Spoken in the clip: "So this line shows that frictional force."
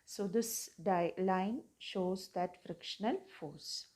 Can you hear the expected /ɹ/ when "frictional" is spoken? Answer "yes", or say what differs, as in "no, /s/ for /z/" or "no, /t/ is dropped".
yes